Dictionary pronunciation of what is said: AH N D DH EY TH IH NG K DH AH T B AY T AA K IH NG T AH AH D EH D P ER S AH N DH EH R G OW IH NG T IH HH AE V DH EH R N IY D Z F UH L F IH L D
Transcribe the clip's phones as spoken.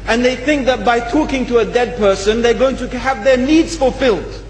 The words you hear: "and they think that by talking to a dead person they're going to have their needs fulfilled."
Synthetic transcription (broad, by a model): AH N DH EY TH IH NG K DH AH T B AY T AA K IH NG T AH AH D EH D P ER S AH N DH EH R G OW IH NG T IH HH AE V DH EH R N IY D Z F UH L F IH L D